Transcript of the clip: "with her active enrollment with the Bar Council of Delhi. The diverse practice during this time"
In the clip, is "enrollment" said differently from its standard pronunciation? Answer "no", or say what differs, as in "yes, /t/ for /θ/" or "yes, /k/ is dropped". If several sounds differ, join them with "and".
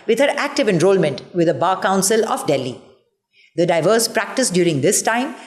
no